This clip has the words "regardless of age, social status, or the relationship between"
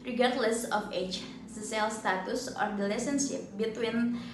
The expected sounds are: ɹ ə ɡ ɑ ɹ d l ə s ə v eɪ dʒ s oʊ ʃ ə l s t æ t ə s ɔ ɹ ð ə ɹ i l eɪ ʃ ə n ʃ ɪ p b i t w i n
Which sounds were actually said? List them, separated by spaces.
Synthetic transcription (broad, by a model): ɹ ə ɡ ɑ ɹ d l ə s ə f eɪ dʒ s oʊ s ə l s t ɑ t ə s ɔ ɹ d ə l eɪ s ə n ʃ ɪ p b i t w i n